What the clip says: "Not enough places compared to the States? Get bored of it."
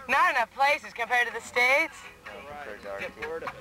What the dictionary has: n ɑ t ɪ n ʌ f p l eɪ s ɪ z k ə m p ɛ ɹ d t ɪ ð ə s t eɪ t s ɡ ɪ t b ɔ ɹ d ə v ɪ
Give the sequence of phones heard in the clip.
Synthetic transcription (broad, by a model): n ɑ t ɪ n ʌ f p l eɪ s ɪ z k ə m p ɛ ɹ d t ɪ ð ə s t eɪ ɪ t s